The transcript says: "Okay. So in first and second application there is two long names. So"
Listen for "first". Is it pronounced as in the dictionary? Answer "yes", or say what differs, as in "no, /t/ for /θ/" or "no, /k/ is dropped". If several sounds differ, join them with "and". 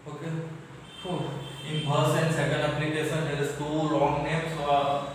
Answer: no, /t/ is dropped